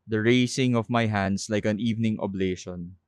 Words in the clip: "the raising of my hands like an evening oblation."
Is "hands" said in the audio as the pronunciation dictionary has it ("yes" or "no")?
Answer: no